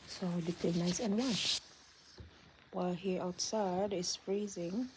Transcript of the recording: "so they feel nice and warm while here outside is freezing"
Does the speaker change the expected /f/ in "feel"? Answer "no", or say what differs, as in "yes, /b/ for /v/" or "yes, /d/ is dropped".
yes, /p/ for /f/